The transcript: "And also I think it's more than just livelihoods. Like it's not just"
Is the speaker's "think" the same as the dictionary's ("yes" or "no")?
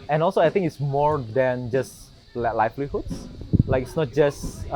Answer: no